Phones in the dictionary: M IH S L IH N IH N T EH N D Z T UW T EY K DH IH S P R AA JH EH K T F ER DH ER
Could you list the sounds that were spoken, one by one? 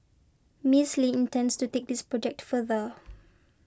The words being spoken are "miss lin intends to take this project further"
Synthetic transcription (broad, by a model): M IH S L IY IH N T EH N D S T UW T EY K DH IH S P R AA JH EH K T F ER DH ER